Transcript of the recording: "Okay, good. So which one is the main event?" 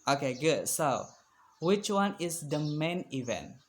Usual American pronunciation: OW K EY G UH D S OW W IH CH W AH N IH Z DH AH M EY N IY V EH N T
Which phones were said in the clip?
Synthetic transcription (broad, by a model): OW K EY G UH D S OW W IH CH W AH N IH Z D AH M EY N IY V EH N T